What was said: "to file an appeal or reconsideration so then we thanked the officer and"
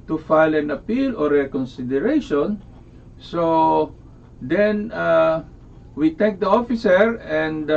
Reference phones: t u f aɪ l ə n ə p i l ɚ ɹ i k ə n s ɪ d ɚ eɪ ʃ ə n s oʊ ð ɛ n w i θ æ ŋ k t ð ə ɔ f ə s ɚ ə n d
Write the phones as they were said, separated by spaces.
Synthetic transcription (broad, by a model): t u f aɪ l ə n ə p i l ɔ ɹ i k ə n s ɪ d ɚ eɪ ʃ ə n s oʊ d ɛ n w i t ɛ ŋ k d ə ɔ f ə s ɚ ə n d